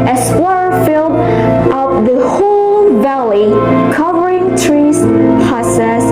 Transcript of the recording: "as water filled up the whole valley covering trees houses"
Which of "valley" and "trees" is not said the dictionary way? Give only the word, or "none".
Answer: none